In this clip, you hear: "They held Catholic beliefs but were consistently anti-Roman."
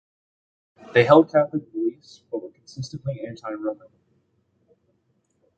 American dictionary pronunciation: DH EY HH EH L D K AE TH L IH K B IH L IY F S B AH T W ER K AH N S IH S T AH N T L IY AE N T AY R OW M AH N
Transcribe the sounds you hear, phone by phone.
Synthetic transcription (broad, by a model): DH EY HH EH L D K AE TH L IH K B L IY S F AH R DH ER K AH N S IH S T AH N T L IY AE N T AY R OW M AH N